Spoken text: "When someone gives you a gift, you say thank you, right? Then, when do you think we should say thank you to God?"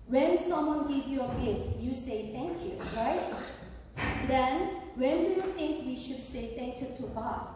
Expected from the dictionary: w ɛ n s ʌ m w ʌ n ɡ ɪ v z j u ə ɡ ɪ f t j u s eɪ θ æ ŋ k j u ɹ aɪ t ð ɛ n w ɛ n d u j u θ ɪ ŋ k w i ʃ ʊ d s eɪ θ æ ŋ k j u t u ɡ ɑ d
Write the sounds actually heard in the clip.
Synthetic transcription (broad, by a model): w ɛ n s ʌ m w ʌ n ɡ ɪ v j u ə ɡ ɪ t j u s eɪ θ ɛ ŋ k j u ɹ aɪ t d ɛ n w ɛ n d u j u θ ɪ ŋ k w i ʃ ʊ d s eɪ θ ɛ ŋ k j u t u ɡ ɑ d